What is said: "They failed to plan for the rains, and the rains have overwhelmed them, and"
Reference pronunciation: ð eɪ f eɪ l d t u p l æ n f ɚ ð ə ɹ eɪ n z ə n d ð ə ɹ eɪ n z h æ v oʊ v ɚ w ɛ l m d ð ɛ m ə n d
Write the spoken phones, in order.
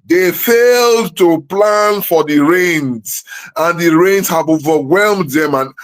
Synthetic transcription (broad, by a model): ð eɪ f eɪ l d t u p l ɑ n f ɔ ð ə ɹ eɪ n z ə n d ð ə ɹ eɪ n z h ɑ v oʊ v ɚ w ɛ l m d ð ɛ m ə n